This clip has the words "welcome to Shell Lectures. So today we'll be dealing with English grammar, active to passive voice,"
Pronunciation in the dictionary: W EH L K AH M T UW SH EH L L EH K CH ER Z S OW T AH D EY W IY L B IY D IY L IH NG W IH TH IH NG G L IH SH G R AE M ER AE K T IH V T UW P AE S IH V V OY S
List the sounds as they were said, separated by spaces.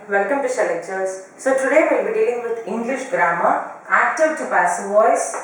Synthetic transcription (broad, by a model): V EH L K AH M T UW S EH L L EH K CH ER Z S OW T AH D EY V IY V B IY D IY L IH NG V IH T IH NG G L IH SH G R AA M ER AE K T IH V T UW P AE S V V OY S